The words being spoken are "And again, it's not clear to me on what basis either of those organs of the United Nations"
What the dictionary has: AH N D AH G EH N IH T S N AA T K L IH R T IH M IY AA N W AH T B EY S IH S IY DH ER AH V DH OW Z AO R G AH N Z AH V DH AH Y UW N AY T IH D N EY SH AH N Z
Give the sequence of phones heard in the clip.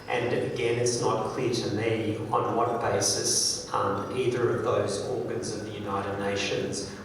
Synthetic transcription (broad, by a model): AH N AH G EH N IH T S N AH T K L IH R T IH M IY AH N W AH T B EY S IH S IY DH ER AH V DH OW Z AO R G AH N Z AH V DH AH Y UW N AY T IH D N EY SH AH N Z